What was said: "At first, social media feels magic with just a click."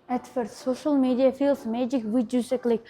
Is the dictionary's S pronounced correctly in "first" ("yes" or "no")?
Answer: no